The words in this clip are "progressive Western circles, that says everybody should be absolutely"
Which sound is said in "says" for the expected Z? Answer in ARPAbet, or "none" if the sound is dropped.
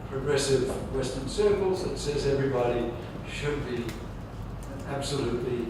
Z